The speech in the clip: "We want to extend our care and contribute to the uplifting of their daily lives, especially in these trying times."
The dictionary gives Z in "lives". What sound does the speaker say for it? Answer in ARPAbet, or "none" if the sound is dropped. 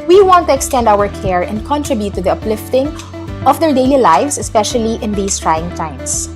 S